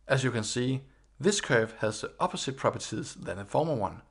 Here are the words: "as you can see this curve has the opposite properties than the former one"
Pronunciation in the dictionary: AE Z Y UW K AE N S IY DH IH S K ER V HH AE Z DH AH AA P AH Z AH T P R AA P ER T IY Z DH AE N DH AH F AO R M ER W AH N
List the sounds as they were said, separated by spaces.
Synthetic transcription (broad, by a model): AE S Y UW K AE N S IY DH IH S K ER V HH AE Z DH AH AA P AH S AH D P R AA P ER S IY S DH AE N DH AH F AO M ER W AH N